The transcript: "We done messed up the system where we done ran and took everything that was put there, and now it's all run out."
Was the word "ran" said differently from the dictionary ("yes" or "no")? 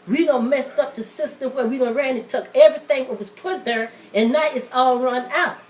no